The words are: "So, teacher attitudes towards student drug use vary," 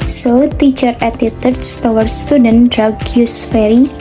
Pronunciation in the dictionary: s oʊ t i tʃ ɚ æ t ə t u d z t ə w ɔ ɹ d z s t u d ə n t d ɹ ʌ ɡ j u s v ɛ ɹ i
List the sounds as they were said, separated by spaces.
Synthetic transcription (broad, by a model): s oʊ t i tʃ ɚ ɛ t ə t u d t t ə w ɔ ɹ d s t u d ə n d ɹ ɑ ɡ j u s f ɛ ɹ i